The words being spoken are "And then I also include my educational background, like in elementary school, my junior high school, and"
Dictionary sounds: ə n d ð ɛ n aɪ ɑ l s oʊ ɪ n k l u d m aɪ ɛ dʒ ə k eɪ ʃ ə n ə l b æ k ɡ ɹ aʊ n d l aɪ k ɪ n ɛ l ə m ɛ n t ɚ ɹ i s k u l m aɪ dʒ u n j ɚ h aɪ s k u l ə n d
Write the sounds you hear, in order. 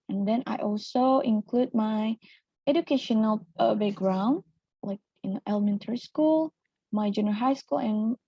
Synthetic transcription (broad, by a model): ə n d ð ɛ n aɪ ɑ l s oʊ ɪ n k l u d m aɪ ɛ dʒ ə k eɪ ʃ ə n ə l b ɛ ɡ ɹ aʊ n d l aɪ k ɪ n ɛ l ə m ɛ n t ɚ ɹ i s k u l m aɪ dʒ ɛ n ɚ h aɪ s k u l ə n